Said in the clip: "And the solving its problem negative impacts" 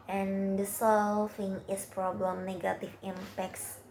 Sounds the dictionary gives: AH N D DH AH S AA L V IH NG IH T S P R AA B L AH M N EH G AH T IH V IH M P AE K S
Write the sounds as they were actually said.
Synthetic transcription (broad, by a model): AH N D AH S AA L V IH NG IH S P R AA B L AH M N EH G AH T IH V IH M P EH K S